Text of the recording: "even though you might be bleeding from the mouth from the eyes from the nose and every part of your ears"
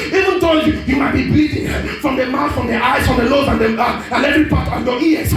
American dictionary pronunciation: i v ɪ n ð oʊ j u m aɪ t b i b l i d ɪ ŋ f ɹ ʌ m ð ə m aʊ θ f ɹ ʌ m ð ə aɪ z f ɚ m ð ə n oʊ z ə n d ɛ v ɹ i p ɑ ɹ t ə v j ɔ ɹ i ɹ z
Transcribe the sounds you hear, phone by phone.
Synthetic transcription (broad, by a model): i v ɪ n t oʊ j u m aɪ t b i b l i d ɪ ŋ f ɹ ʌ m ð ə m aʊ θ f ɹ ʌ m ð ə aɪ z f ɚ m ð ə l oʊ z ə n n ɛ v ɹ i p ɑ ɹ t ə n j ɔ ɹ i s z